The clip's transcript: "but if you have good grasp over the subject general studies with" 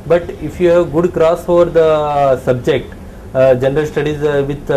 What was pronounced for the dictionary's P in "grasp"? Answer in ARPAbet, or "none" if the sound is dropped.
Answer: none